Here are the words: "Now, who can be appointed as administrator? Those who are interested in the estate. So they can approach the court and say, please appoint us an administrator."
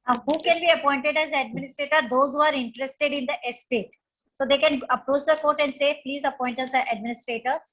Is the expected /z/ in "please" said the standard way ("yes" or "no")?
yes